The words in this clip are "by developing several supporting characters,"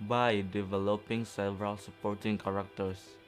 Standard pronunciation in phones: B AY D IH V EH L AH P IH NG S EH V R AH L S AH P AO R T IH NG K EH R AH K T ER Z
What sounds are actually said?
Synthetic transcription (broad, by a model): B AY D IH V EH L AH P IH NG S EH V R AH L S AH P AO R T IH NG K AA R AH K T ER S